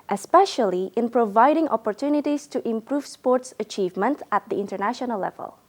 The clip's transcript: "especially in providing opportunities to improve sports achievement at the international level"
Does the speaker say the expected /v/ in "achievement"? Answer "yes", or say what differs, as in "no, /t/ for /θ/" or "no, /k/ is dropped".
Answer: yes